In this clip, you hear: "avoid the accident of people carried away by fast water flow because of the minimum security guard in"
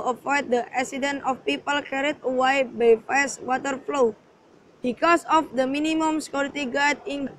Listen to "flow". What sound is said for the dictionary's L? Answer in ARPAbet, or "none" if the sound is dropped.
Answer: L